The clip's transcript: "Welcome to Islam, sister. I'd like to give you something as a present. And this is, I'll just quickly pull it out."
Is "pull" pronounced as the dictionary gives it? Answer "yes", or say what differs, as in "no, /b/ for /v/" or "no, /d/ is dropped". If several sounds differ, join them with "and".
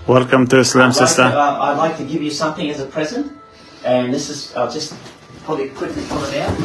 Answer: no, /f/ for /p/